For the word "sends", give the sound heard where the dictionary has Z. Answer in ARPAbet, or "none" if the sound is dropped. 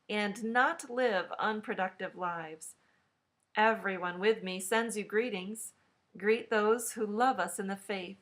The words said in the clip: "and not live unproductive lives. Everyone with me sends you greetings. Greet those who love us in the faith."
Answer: Z